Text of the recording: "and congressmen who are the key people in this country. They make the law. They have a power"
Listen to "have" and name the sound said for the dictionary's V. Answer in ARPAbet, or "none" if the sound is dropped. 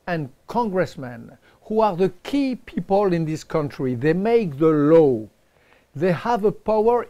V